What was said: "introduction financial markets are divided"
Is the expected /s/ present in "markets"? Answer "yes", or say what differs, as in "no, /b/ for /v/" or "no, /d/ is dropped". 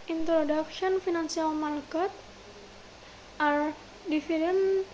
no, /s/ is dropped